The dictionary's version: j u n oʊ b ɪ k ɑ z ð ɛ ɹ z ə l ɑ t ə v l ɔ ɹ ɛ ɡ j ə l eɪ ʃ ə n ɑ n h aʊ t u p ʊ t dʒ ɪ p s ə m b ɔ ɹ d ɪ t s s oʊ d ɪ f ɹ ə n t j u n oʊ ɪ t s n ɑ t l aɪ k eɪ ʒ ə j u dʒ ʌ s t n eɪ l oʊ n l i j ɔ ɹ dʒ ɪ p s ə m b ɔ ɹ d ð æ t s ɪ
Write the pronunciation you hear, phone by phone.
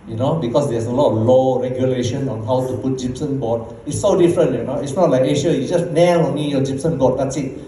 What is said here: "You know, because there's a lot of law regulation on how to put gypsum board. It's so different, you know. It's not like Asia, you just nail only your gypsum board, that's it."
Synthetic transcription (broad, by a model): j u n oʊ b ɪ k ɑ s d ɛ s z ə l ɑ t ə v l ɔ ɹ ɛ ɡ j ə l eɪ ʃ ə n ɑ n h aʊ t u p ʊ t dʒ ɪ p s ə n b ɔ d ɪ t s s oʊ d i f ɹ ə n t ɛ n oʊ ɪ t s n ɑ t l aɪ k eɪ ʃ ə j u dʒ ʌ s t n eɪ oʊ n i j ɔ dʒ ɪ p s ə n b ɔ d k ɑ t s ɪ